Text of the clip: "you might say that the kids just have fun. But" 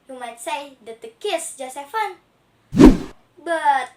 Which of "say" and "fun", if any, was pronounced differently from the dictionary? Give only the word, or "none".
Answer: none